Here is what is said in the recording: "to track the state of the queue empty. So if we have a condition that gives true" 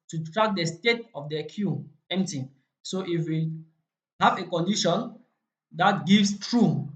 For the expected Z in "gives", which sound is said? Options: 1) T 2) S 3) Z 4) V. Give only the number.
2